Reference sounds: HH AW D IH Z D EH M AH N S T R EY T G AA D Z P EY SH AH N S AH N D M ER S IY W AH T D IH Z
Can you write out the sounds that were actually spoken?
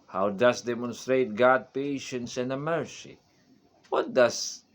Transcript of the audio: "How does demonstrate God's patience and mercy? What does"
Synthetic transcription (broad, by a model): HH AW D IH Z D EH M AH N S T R EY T G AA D P EY SH AH N S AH N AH M ER S IY W AH T D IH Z